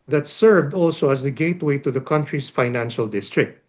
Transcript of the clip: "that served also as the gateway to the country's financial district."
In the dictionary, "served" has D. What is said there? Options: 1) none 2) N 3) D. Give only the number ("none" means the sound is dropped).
3